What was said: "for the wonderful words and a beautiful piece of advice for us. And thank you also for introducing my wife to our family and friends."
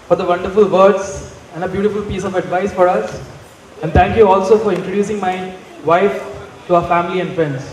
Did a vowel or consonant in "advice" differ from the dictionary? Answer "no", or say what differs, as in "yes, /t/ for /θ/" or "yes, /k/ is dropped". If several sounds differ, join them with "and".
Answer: no